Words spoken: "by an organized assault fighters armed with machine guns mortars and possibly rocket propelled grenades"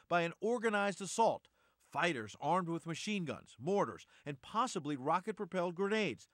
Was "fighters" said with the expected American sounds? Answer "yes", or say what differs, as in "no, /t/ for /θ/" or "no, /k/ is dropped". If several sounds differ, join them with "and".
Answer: yes